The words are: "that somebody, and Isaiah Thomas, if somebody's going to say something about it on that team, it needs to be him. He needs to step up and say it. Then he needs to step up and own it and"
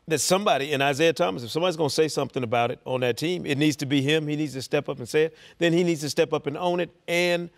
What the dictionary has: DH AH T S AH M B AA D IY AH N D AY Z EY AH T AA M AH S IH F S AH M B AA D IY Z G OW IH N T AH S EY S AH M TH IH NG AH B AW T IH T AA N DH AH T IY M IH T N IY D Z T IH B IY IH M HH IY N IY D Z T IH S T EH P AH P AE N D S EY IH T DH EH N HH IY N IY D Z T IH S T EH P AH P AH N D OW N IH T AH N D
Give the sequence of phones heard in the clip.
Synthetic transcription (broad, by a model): DH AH T S AH M B AA D IY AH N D AY Z EY AH T AA M AH S IH F S AH M B AA D IY Z G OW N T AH S EY S AH M TH IH NG AH B AW T IH T N DH AH T IY M IH T N IY D Z T IH B IY IH M HH IY N IY D Z T IH S T EH P AH P N S EY IH T DH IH N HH IY N IY D Z T IH S T EH P AH P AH N OW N IH T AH N